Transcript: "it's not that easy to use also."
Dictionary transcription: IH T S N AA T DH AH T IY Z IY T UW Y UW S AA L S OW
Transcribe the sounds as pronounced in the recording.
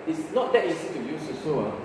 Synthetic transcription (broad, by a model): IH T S N AA T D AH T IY S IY T UW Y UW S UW S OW